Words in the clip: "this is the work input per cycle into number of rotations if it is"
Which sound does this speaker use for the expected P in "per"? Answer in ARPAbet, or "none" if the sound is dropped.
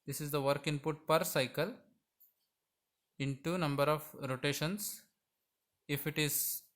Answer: P